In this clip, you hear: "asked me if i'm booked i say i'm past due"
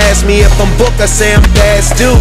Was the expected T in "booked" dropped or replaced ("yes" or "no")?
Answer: yes